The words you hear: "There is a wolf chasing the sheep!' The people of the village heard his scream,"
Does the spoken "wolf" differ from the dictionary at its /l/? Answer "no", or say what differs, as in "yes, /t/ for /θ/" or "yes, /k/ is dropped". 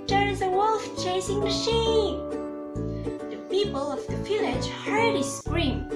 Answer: no